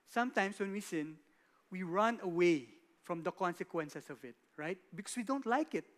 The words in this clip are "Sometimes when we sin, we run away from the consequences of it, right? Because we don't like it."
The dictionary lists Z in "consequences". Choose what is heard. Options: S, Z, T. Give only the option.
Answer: S